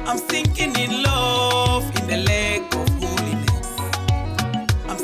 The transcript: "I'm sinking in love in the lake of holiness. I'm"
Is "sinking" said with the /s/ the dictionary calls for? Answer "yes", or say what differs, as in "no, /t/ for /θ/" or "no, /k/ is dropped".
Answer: no, /θ/ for /s/